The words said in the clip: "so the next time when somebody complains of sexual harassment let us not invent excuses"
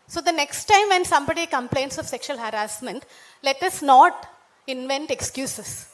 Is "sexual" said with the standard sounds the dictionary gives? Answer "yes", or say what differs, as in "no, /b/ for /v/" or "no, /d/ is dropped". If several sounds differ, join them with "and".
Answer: yes